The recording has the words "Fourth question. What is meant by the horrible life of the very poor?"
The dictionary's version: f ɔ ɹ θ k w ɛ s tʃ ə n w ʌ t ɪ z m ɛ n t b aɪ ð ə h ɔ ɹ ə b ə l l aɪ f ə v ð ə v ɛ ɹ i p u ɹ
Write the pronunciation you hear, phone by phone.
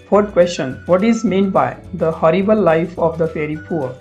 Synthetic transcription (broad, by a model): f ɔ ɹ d k w ɛ s tʃ ə n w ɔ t ɪ z m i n b aɪ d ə h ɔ ɹ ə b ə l l aɪ f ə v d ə f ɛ ɹ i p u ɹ